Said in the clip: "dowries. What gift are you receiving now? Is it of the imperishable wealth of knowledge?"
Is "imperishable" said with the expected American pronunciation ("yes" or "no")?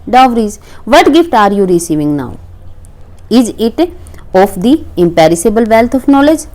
no